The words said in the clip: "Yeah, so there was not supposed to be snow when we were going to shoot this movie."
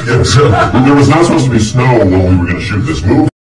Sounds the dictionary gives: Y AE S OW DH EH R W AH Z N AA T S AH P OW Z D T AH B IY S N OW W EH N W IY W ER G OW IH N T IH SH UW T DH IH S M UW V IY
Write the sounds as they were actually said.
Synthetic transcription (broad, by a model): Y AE S OW DH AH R W AH Z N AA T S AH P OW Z T AH B IY S N OW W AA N W IY W ER G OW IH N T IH SH UW T DH IH S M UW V